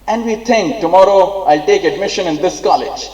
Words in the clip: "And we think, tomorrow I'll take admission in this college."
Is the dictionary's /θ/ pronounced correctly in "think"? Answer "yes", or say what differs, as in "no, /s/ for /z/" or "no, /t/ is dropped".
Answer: no, /t/ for /θ/